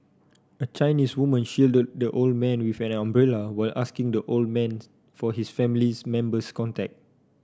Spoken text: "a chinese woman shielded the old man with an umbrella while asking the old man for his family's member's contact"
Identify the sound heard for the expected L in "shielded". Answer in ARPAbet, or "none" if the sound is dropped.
L